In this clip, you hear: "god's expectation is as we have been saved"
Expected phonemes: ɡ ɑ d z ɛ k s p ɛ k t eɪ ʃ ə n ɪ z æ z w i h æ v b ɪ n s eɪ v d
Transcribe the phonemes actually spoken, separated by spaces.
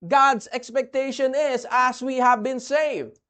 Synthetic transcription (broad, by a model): ɡ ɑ d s ɛ k s p ɛ k t eɪ ʃ ə n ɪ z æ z w i h æ v b ɪ n s eɪ v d